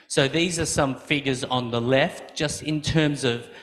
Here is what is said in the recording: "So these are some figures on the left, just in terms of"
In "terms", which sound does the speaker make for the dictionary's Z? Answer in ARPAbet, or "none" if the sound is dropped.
Z